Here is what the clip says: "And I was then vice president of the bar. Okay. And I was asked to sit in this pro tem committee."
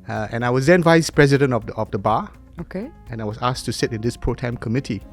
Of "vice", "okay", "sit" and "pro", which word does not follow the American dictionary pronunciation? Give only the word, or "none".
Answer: none